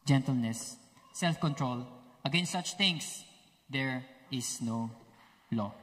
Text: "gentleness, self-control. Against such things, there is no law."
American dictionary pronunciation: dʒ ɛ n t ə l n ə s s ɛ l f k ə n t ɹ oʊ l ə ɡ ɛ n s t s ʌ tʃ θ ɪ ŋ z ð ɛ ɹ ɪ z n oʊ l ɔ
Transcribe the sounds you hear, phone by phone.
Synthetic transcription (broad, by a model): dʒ ɛ n t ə l n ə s s ɛ l f k ə n t ɹ oʊ l ə ɡ ɛ n s t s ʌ tʃ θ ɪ ŋ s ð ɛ ɹ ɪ s n oʊ l ɔ